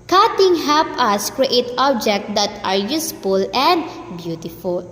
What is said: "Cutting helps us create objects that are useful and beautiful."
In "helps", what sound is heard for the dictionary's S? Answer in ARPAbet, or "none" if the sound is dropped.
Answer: none